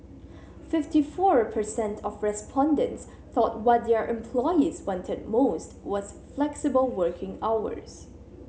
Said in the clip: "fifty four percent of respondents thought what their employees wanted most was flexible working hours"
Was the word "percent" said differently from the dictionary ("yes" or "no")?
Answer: no